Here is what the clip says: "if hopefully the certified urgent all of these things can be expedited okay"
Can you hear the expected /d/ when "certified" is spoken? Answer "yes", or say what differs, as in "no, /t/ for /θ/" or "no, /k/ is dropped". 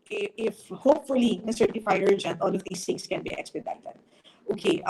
no, /d/ is dropped